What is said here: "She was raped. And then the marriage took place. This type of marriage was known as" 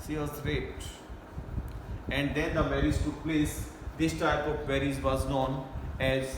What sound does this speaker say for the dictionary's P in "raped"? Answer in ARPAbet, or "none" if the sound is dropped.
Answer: none